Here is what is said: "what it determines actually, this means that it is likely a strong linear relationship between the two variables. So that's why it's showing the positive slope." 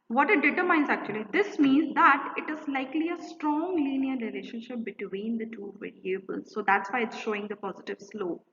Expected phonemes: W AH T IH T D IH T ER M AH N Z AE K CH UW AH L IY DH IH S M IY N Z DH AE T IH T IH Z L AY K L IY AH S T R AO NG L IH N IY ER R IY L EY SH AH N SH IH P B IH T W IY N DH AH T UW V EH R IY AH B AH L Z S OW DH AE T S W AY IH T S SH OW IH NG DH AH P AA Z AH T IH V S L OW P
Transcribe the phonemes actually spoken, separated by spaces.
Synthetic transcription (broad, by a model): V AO T IH T D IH T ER M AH N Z AE K CH UW AH L IY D IH S M IY N Z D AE T IH T IH Z L AY K L IY AH S T R AO NG L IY N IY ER R IY L EY SH AH N SH IH P B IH T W IY N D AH T UW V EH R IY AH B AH L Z S OW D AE T S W AY IH T S SH OW IH NG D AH P AA Z AH T IH V S L OW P